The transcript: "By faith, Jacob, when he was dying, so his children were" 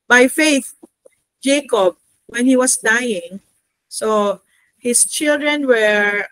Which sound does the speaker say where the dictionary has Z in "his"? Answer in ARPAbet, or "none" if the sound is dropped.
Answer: S